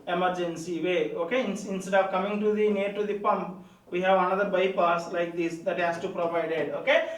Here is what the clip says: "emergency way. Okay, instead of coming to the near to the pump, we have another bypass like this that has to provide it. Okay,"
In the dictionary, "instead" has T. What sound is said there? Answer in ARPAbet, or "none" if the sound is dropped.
S